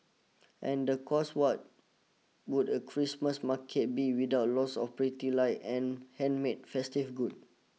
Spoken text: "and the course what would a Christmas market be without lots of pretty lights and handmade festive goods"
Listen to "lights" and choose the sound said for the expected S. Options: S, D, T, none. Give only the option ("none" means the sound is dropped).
none